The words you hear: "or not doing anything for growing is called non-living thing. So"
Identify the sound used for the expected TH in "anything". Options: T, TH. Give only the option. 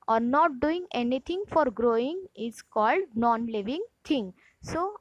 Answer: T